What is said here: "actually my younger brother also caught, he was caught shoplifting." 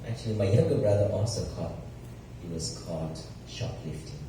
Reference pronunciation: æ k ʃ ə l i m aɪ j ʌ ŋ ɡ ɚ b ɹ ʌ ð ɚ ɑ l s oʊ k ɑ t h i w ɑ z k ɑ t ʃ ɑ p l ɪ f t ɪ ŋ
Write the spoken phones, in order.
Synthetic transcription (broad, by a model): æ k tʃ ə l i m aɪ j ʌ ɡ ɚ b ɹ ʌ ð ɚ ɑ s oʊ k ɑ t h i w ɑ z k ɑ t ʃ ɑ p l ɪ f t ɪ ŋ